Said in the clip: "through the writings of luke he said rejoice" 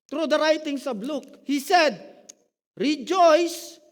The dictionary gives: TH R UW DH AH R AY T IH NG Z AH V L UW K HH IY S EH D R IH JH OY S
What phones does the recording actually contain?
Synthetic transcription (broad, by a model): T R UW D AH R AY T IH NG S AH B L UW K HH IY S EH D R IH JH OY S